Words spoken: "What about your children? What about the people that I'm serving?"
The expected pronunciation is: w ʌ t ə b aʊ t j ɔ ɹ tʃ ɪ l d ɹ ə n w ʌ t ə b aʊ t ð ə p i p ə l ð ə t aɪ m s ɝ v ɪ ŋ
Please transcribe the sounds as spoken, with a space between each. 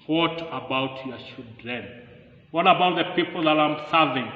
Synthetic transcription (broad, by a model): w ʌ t ə b aʊ t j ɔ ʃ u d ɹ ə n w ʌ t ə b aʊ t ð ə p i p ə l ð ə t aɪ m s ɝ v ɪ ŋ